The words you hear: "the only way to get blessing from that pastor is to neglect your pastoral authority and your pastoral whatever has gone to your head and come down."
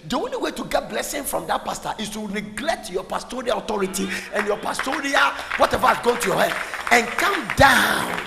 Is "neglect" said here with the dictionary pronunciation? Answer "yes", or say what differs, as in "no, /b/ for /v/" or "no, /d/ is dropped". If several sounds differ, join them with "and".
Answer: yes